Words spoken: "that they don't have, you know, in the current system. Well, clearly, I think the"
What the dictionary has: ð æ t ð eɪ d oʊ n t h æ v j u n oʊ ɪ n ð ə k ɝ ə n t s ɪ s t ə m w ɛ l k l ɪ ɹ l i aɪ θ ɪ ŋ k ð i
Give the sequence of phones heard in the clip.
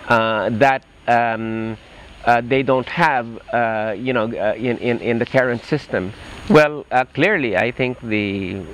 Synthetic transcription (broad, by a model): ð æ t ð eɪ d oʊ n t h æ v j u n oʊ ɪ n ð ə k ɝ ə n t s ɪ s t ə m w ɛ l k l ɪ ɹ l i aɪ θ ɪ ŋ k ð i